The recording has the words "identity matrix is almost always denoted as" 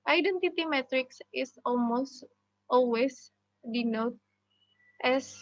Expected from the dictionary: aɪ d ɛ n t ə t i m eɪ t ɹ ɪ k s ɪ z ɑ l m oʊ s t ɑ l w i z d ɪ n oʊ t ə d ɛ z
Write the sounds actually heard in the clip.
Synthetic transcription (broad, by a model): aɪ d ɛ n t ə t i m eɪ t ɹ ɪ k s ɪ s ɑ l m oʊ s t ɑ l w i s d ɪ n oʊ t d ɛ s